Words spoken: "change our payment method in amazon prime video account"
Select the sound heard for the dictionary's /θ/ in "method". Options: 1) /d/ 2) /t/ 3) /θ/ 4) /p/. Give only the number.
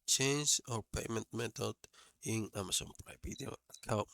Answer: 2